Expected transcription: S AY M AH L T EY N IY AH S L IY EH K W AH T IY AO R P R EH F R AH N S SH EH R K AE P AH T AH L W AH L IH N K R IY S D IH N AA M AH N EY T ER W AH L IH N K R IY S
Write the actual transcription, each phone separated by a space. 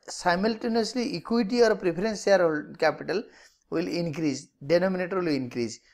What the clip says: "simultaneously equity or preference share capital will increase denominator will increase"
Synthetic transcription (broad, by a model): S AY M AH L T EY N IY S L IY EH K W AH T IY AO R P R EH P R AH N S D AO L K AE P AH T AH L W AH L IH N K R IY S D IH N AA M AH N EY T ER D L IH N K R IY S